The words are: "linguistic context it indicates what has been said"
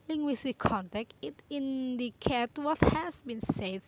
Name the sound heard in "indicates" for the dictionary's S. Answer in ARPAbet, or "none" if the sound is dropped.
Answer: none